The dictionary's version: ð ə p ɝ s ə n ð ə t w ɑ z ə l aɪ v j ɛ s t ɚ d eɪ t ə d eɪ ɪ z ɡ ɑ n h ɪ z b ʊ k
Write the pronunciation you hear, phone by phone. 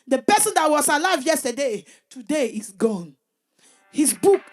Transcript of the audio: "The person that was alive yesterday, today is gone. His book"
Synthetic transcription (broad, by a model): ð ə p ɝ s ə n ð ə t w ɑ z ə l aɪ v j ɛ s t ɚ d eɪ t ə d eɪ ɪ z ɡ ɑ n h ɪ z b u k